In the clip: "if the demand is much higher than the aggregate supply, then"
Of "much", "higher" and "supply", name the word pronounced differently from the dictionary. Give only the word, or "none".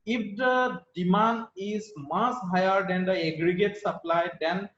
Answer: much